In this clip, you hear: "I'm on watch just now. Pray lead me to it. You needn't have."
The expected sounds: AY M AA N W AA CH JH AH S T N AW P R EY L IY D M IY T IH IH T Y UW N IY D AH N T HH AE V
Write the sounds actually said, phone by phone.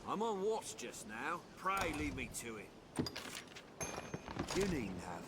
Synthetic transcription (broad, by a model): AY M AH N W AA S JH AH S N AW P R EY L IY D M IY T IH IH T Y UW N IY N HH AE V